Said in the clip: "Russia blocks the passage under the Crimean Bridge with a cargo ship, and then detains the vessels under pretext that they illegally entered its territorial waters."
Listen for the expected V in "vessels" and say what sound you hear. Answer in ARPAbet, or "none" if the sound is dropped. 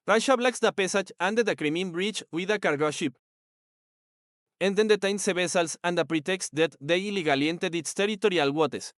B